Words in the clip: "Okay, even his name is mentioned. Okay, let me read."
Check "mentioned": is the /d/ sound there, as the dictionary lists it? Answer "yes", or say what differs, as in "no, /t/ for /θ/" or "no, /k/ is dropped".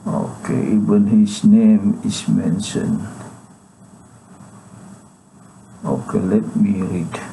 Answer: no, /d/ is dropped